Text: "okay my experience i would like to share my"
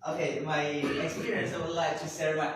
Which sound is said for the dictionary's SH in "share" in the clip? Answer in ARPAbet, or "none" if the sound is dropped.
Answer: S